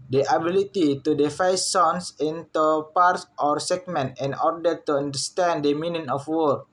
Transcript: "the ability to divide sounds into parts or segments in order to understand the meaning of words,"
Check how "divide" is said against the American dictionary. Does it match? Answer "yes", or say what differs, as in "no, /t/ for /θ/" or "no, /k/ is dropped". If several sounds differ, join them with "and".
no, /f/ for /v/